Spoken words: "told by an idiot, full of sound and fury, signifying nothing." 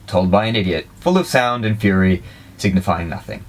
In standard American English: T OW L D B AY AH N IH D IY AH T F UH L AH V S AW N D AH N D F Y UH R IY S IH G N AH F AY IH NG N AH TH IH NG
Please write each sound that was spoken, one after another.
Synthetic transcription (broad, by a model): T OW L D B AY AH N IH D IY AH T F UH L AH V S AW N D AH N F Y UH R IY S IH G N AH F AY IH NG N AH TH IH NG